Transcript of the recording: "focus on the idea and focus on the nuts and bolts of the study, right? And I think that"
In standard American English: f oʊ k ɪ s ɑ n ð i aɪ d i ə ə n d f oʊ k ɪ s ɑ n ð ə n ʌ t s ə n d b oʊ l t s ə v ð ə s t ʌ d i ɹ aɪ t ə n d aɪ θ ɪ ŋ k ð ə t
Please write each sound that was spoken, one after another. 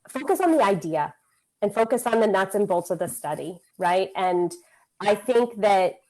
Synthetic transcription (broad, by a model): f oʊ k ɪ s n ð i aɪ d i ə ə n f oʊ k ɪ s n ð ə n ʌ t s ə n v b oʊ l t s ə v ð ə s t ʌ d i ɹ aɪ t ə n aɪ θ ɪ ŋ k ð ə t